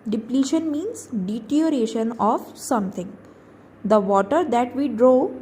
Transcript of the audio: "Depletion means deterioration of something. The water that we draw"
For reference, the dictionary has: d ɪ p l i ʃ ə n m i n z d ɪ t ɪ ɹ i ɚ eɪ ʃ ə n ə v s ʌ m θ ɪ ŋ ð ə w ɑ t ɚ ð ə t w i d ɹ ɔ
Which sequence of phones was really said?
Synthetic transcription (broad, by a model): d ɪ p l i ʃ ə n m i n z d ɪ t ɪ i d eɪ ʃ ə n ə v s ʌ m t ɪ ŋ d ə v ɑ t ɚ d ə t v i d ɹ ɔ